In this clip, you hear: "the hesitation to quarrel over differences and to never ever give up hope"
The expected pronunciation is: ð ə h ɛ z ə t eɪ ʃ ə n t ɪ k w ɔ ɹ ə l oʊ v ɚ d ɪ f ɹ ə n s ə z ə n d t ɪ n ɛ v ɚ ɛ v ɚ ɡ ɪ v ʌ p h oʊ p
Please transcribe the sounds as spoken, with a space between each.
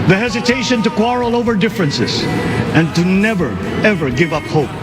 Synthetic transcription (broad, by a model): ð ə h ɛ z ə t eɪ ʃ ə n t ɪ k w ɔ ɹ l oʊ v ɚ d ɪ f ɹ ə n s ə z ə n t ɪ n ɛ v ɚ ɛ v ɚ ɡ ɪ v ʌ p h oʊ p